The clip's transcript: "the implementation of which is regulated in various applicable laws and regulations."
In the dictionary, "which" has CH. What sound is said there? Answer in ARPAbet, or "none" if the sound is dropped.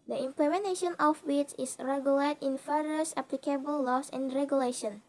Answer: S